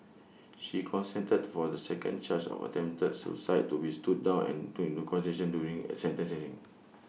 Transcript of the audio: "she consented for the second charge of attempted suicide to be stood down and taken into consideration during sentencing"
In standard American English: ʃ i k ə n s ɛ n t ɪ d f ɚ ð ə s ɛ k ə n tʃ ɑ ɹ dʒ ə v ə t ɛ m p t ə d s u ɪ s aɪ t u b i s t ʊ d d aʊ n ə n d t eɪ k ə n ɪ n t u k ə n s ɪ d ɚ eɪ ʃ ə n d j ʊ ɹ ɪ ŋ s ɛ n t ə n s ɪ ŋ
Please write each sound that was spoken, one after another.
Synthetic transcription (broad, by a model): ʃ i k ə n s ɛ n t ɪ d f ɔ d ə s ɛ k ə n tʃ ɑ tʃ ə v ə t ɛ m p t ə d s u s aɪ t u b i s t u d d aʊ n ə n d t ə ɪ n t u k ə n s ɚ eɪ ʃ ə n d j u ɹ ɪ ŋ s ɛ n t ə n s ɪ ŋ